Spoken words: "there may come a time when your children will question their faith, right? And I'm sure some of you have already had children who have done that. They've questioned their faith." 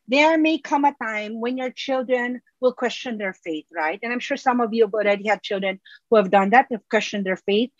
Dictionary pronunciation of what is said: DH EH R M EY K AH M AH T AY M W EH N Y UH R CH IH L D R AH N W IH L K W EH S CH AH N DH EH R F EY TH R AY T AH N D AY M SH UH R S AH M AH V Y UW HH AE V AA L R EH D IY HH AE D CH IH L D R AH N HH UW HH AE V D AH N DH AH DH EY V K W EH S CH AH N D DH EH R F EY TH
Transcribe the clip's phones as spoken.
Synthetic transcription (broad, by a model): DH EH R M EY K AH M AH T AY M W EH N Y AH R CH IH L D R AH N W IH L K W EH S CH AH N DH EH R F EY TH R AY T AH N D AY M SH UH R S AH M AH V Y UW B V AA L R EH D IY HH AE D CH IH L D R AH N HH UW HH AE V D AH N DH AH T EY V K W EH S CH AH N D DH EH R F EY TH